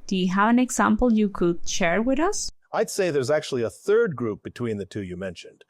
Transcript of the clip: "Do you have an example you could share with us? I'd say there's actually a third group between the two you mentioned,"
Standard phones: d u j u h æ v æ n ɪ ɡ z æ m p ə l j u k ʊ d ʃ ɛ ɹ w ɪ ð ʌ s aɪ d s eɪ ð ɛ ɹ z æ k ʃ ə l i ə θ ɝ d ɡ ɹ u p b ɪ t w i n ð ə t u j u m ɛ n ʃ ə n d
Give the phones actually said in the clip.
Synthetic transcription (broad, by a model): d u j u h æ v æ n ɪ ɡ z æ m p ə l j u k ʊ d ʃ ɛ ɹ w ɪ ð ʌ s aɪ d s eɪ ð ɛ ɹ z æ k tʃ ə l i ə θ ɝ d ɡ ɹ u p b ɪ t w i n ð ə t u j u m ɛ n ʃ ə n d